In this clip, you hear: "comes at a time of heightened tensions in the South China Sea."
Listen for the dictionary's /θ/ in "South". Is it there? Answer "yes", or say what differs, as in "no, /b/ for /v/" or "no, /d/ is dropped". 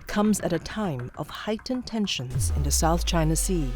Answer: yes